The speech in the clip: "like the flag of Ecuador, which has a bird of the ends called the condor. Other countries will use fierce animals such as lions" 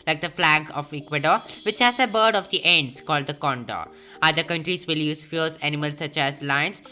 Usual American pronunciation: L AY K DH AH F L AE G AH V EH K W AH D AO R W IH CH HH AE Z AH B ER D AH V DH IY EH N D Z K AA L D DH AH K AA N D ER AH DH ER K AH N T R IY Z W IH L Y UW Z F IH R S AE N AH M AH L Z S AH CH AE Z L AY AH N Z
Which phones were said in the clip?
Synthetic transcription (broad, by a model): L AY K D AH F L AE G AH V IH K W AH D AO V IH CH HH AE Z AH B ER D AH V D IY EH N D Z K AA L D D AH K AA N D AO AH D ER K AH N T R IY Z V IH L Y UW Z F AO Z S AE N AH M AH L S AH CH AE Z L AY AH N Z